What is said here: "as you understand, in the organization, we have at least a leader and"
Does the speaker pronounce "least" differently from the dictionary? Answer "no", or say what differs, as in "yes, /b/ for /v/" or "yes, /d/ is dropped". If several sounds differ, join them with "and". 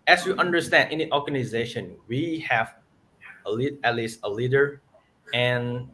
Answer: no